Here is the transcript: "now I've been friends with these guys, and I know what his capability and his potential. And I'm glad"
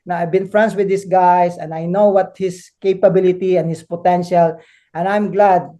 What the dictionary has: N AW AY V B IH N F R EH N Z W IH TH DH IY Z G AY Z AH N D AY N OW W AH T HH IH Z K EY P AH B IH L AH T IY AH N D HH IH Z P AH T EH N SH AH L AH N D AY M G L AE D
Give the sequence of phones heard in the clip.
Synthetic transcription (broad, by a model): N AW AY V B IH N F R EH N S W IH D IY S G AY S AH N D AY N OW W AH T HH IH S K EY P AH B IH L AH T IY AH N HH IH S P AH T EH N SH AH L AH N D AY M G L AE D